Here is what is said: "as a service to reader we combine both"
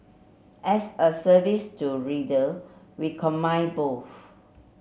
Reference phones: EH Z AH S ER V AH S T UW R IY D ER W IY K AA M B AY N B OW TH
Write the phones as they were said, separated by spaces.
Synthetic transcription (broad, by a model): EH S AH S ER V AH S T UW R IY D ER W IY K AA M AY B OW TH